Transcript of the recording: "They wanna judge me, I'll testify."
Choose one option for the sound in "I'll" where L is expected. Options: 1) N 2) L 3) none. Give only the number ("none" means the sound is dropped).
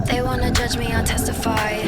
1